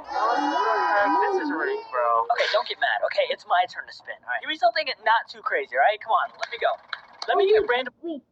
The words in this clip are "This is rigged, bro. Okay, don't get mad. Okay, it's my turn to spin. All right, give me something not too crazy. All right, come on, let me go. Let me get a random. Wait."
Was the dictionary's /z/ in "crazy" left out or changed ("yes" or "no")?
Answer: no